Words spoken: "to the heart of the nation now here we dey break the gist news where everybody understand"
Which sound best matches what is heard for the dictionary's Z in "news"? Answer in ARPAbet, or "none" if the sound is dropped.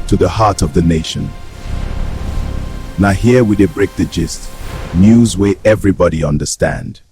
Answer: Z